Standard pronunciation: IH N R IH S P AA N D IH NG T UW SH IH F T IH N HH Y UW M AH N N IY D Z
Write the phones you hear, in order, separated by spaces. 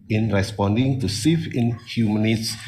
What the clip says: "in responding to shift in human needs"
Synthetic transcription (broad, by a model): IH N R IH S P AA N D IH NG T UW S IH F IH N HH Y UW M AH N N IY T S